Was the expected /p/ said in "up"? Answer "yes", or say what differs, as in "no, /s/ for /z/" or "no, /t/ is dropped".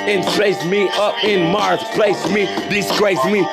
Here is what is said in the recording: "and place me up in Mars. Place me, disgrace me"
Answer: yes